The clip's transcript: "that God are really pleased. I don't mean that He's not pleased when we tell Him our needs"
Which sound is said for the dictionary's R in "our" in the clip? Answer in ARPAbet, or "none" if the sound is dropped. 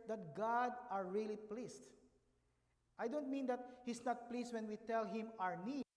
R